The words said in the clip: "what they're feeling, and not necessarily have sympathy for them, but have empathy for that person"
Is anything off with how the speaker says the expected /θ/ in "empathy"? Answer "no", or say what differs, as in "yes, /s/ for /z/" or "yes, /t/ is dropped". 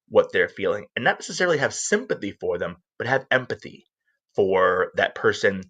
no